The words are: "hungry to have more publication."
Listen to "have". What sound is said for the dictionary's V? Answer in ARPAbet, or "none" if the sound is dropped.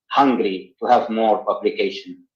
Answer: V